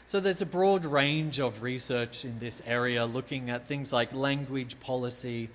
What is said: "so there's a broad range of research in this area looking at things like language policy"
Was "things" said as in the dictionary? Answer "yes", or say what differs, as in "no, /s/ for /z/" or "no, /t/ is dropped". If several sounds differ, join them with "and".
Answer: yes